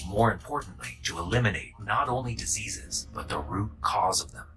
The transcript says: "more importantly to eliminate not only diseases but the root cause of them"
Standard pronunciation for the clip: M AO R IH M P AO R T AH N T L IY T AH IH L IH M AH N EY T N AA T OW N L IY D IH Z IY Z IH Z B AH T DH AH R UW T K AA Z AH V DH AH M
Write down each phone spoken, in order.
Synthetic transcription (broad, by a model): M AO R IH M P AO R T N T L IY T AH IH L IH M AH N EY T N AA T OW N L IY D IH Z IY Z IH Z B AH T DH AH R UW T K AA Z AH V DH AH M